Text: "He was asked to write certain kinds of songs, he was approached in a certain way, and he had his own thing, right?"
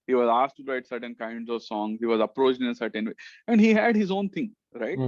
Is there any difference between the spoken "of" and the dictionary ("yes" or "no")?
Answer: no